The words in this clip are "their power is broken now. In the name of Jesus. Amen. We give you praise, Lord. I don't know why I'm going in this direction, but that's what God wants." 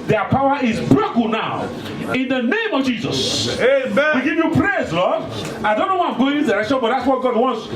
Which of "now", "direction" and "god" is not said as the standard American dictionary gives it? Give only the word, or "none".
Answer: direction